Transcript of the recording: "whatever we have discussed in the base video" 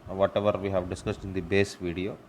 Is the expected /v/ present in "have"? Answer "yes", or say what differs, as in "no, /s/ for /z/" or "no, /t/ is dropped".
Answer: yes